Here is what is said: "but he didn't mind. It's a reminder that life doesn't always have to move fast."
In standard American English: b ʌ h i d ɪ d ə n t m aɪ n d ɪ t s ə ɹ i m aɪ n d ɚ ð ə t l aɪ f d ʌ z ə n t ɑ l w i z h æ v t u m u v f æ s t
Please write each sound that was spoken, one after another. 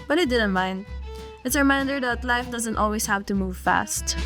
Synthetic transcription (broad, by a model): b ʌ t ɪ d ɪ d ə n t m aɪ n d ɪ t s ə ɹ i m aɪ n d ɚ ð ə t l aɪ f d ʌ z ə n t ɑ l w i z h æ v t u m u v f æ s t